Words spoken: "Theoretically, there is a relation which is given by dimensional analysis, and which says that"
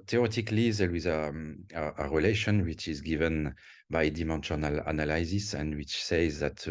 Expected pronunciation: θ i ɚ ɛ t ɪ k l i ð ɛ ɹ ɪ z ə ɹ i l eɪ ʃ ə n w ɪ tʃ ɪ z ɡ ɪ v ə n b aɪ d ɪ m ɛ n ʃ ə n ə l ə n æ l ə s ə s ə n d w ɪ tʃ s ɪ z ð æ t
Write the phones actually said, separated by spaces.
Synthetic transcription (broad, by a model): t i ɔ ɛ t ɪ k l i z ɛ l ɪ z ə ɹ i l eɪ ʃ ə n w ɪ tʃ ɪ z ɡ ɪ v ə n b aɪ d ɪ m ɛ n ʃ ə n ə l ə n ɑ l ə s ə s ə n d w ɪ tʃ s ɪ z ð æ t